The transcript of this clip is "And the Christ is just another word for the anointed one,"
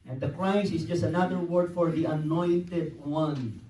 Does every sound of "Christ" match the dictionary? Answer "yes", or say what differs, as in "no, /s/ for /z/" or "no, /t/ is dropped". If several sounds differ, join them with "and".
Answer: no, /t/ is dropped